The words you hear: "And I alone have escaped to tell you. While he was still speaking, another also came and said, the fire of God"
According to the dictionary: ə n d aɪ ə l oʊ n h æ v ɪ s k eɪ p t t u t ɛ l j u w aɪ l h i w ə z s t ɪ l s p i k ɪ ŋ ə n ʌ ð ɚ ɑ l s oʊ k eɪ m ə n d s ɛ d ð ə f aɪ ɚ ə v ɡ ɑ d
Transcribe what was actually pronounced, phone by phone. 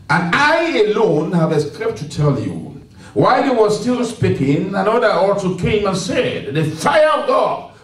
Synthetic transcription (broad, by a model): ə n aɪ ə l oʊ n h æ v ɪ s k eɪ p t t u t ɛ l j u w aɪ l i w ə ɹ s t ɪ l s p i k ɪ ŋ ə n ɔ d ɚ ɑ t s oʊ k eɪ m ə n s ɛ d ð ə f aɪ ɚ ə v ɡ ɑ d